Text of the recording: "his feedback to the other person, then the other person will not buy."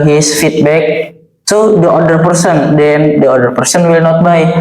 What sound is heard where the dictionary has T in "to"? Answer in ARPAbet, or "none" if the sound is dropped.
S